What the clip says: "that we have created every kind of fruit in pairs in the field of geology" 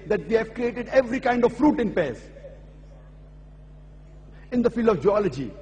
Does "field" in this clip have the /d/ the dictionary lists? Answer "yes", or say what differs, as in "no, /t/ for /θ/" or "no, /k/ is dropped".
yes